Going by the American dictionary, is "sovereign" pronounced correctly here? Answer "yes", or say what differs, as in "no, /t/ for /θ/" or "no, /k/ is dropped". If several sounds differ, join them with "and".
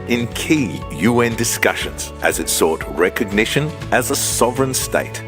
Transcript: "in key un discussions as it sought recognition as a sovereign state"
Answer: yes